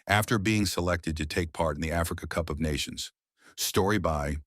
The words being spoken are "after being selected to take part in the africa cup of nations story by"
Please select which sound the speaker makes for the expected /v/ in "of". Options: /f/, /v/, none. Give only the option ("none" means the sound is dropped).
/v/